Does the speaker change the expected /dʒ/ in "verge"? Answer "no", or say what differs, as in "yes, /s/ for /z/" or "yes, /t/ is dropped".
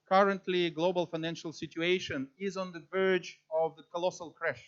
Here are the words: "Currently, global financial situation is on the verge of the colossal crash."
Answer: no